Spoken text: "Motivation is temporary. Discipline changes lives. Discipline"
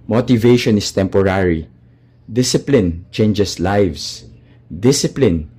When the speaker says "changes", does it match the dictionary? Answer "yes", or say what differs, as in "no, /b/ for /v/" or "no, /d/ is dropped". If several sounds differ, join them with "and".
no, /s/ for /z/